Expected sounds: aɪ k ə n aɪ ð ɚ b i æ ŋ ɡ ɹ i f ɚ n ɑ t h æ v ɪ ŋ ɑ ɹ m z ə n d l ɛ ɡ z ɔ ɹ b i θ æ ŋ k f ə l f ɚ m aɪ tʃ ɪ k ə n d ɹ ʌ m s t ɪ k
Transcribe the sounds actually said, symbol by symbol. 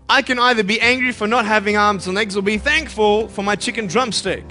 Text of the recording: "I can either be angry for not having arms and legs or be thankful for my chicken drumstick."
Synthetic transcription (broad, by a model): aɪ k ə n aɪ ð ɚ b i æ ŋ ɡ ɹ i f ɚ n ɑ t h æ v ɪ ŋ ɑ ɹ m z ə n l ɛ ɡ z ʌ l b i θ æ ŋ k f ə l f ɚ m aɪ tʃ ɪ k ə n d ɹ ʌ m s t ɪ k